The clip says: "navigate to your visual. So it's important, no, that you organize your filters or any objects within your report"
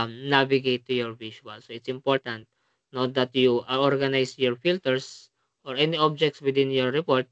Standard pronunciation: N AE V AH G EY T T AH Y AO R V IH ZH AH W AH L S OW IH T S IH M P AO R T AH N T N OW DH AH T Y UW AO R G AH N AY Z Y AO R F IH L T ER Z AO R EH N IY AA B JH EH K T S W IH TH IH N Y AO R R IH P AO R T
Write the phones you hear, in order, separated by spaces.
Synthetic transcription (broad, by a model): N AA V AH G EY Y T AH Y AO R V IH SH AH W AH L S OW IH T S IH M P AO R T AH N T N OW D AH T Y UW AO R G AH N AY S Y AO R F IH L T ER S AO R EH N IY AA B JH EH K T S W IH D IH N Y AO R R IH P AO R T